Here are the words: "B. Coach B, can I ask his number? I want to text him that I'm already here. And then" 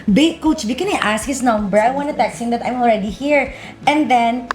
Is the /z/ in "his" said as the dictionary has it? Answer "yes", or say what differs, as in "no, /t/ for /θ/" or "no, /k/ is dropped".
no, /s/ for /z/